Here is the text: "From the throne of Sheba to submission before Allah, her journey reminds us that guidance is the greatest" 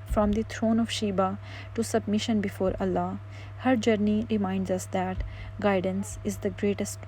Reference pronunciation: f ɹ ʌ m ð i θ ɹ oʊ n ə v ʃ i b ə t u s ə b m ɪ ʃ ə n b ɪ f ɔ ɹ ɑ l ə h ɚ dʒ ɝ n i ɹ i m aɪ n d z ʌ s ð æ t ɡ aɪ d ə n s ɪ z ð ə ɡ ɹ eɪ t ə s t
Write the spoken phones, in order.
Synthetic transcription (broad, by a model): f ɹ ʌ m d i t ɹ oʊ n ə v ʃ i b ə t u s ə b m ɪ ʃ ə n b ɪ f ɔ ɹ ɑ l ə h ɚ dʒ ɝ n i ɹ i m aɪ n d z ʌ s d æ t ɡ aɪ d ə n s ɪ z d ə ɡ ɹ eɪ t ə s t